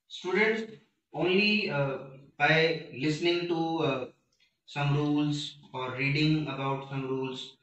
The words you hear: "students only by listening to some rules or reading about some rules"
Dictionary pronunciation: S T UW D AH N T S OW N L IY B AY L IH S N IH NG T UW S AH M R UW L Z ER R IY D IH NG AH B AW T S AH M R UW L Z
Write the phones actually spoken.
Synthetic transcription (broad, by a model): S T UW D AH N T S OW N L IY B AY L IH S N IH NG T UW S AH M R UW L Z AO R IY D IH NG AH B AW T S AH M R UW L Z